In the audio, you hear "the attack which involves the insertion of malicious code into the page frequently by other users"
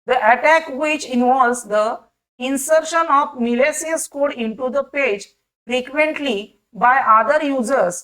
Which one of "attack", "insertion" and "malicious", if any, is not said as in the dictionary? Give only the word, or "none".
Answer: malicious